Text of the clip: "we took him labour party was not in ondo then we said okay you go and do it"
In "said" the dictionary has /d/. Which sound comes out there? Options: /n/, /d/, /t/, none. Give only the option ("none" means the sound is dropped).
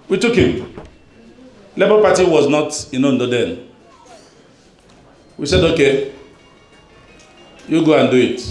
/d/